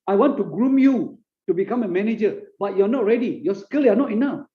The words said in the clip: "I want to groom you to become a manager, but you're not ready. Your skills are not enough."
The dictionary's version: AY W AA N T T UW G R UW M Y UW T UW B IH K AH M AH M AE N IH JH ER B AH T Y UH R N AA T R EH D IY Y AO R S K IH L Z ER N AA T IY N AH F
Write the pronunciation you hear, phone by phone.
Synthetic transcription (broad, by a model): AY W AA N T T UW G R UW M Y UW T UW B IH K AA M AH M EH N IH JH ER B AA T Y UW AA N AA T R EH D IY Y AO S K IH L ER N AA T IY N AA F